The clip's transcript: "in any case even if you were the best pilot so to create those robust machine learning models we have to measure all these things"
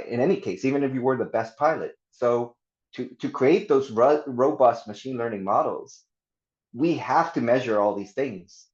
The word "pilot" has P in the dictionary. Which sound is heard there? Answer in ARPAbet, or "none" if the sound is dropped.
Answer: P